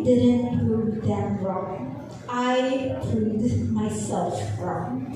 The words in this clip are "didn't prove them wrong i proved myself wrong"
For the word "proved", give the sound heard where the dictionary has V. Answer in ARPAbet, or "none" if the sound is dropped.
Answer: none